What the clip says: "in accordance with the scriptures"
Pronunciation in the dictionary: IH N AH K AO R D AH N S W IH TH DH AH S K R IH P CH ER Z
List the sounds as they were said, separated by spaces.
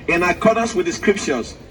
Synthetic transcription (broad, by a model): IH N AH K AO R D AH S W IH DH AH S K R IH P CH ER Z